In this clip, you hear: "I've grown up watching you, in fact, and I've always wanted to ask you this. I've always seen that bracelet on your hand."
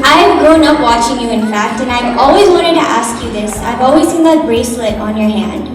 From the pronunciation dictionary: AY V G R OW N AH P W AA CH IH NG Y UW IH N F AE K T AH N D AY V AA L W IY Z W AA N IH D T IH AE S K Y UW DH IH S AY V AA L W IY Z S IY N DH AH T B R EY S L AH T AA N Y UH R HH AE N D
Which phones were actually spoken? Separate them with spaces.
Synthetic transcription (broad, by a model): AY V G OW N AH P W AA CH IH NG Y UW IH N F AE K T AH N AY V AA L W IY Z W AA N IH D T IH AE S K Y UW DH IH S AY V AA L W IY Z S IY N DH AH T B R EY S L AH T N Y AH R HH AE N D